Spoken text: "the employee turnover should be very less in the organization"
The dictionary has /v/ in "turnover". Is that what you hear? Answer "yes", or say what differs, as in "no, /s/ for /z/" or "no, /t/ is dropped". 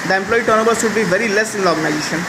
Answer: no, /b/ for /v/